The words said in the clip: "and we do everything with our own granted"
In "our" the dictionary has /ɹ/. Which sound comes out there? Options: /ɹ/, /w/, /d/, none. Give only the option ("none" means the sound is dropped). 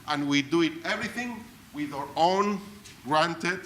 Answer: /ɹ/